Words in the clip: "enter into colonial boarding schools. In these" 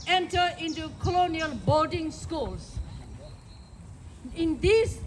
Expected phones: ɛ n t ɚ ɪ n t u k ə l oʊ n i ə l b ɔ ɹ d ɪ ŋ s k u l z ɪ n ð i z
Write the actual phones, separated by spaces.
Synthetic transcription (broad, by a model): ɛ n t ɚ ɪ n t u k ə l oʊ n i ə l b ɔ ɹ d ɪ ŋ s k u l s ɪ n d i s